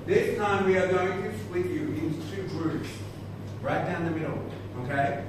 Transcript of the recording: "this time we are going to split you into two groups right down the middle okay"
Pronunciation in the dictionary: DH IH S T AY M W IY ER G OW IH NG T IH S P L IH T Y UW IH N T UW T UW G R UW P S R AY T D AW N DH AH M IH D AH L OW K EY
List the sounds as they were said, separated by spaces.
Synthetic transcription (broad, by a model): DH IH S T AY M W IY ER G OW IH NG T IH S L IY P Y UW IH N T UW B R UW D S R AY T D AW N DH AH M IH D L OW K EY